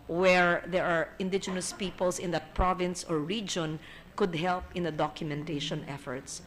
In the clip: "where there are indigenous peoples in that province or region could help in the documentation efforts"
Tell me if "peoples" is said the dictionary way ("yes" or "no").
no